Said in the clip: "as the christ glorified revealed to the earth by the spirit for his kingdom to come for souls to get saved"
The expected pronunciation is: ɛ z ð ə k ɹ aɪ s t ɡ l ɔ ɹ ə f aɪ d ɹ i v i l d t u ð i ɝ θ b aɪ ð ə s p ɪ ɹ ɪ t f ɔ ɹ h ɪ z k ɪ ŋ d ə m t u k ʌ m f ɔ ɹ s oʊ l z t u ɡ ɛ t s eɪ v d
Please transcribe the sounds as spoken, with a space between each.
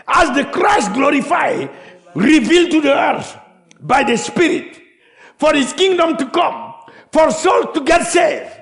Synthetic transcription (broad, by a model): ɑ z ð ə k ɹ aɪ s t ɡ l ɔ ɹ ə f aɪ d ɹ i v i l d t u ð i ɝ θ b aɪ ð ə s p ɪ ɹ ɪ t f ɔ ɹ h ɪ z k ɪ ŋ d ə m t u k ʌ m f ɔ ɹ s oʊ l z t u ɡ ɛ t s eɪ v